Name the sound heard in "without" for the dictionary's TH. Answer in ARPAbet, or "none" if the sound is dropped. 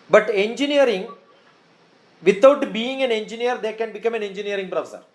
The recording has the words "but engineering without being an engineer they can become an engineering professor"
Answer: T